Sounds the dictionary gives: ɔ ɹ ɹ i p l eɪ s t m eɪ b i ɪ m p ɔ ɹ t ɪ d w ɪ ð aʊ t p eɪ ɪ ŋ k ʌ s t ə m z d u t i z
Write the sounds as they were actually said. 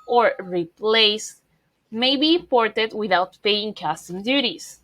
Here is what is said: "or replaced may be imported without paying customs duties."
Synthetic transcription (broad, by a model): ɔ ɹ ɹ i p l eɪ s m eɪ b i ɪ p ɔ ɹ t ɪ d w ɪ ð aʊ t p eɪ ɪ ŋ k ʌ s t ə m d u t i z